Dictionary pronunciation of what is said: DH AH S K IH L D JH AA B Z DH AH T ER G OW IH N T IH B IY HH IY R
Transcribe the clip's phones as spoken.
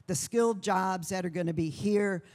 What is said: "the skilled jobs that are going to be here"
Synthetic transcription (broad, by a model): DH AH S K IH L D JH AA B Z DH AH T ER G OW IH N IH B IY HH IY R